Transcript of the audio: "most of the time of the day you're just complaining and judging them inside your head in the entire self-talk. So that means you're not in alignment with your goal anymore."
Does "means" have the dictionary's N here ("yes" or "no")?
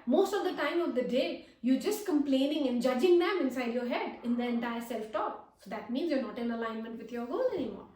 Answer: yes